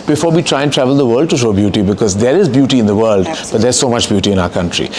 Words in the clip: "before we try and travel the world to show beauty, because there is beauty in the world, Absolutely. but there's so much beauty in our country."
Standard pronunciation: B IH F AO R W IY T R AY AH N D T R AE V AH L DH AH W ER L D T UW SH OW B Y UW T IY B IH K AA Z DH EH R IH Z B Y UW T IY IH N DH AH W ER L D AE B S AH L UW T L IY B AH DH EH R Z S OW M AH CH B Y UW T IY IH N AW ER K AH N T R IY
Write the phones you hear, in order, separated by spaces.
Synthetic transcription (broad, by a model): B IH F AO R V IY T R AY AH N T R AE V AH L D AH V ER L D T UW SH OW B Y UW T IY B IH K AA Z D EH R IH Z B Y UW T IY IH N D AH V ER L D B AH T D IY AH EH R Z S OW M AH CH B Y UW T IY IH N AW ER K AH N T R IY